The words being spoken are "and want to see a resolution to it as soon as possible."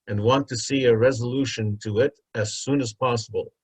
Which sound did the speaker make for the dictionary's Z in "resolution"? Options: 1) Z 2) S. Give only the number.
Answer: 1